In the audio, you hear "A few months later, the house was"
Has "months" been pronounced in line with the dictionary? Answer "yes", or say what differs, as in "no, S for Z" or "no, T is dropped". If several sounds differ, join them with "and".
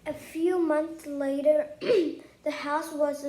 yes